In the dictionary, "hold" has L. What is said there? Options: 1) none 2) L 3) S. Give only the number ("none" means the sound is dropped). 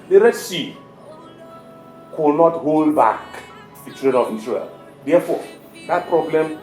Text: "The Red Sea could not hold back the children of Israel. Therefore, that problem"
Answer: 2